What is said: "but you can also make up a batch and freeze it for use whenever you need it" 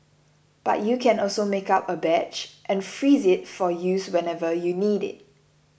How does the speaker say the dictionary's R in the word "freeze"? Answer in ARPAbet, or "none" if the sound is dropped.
R